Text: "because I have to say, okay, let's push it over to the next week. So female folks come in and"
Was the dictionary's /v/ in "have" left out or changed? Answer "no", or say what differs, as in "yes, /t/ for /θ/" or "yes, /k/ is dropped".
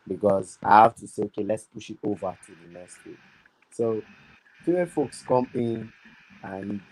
yes, /f/ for /v/